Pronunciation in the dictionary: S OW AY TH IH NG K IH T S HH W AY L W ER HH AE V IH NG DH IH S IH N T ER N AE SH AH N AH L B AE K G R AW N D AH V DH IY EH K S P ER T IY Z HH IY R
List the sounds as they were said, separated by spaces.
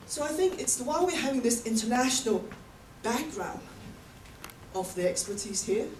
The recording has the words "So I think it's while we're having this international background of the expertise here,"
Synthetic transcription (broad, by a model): S OW AY TH IH NG K IH T S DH W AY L W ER HH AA V IH NG DH IH S IH N T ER N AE SH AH N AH L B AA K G R AW N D AH V DH IY EH K S P ER T IY Z HH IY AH